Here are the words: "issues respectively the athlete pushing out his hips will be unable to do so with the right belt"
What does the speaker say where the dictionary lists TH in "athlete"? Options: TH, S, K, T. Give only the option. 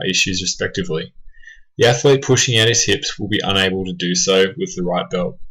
TH